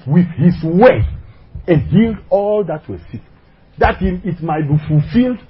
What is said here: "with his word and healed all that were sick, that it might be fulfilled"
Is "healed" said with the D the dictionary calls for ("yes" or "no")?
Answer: yes